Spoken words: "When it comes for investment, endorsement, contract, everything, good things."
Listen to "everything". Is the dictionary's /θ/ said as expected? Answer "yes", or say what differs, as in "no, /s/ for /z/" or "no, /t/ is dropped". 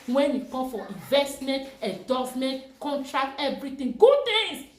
no, /t/ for /θ/